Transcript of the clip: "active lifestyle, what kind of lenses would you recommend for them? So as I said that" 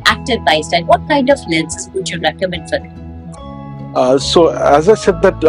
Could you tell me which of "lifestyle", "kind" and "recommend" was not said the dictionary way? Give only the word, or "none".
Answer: lifestyle